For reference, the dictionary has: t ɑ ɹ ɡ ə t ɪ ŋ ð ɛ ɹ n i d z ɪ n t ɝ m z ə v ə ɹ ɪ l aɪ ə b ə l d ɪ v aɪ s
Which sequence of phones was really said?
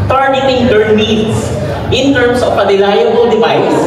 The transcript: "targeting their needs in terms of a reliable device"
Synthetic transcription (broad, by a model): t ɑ ɹ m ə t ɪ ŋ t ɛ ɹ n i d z ɪ n t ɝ m s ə p ə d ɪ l aɪ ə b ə l d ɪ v aɪ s